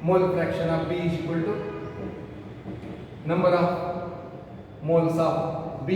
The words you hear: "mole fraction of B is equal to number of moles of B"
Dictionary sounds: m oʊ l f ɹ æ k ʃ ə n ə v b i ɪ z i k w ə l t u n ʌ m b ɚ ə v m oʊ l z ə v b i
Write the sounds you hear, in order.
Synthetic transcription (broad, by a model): m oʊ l p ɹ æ k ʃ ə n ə b i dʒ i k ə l t u n ʌ m b ɚ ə m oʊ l s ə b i